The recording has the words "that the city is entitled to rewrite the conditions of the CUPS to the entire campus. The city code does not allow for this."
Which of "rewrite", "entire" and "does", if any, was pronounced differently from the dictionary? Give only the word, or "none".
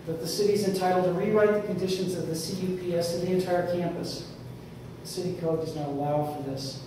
none